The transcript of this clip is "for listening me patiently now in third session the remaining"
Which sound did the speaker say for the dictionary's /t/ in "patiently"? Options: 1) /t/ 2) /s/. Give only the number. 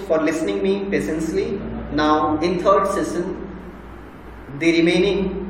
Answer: 2